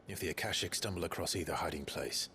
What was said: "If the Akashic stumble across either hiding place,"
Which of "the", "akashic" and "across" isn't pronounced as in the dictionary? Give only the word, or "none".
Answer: none